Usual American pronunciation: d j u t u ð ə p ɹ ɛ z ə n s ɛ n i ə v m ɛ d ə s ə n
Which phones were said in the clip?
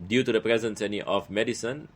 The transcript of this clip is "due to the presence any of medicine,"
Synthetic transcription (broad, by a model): d j u t u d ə p ɹ ɛ z ə n s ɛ n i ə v m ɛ d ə s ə n